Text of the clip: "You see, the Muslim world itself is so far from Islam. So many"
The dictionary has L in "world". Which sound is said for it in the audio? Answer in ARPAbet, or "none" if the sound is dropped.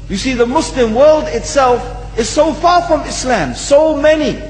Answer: L